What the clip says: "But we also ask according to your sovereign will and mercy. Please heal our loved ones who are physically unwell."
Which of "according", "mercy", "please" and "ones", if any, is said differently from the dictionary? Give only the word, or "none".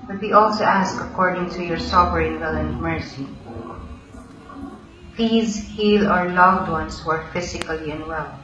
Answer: ones